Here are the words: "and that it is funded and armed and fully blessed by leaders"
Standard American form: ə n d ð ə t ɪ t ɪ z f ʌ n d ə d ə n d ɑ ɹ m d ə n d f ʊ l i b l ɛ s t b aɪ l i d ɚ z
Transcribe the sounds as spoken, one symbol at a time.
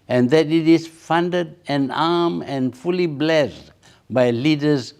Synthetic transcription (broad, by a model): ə n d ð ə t ɪ t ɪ s f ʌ n d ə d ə n ɑ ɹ m ə n f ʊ l i b l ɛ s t b aɪ l i d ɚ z